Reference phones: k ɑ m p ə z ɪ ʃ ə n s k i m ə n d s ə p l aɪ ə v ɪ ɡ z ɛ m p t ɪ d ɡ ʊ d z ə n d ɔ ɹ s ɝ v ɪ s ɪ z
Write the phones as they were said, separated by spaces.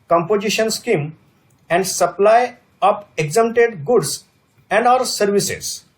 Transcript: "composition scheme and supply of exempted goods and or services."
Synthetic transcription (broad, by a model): k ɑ m p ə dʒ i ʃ ə n s k i m ə n d s ə p l aɪ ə p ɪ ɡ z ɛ m t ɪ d ɡ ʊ d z ə n d ɔ ɹ s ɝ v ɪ s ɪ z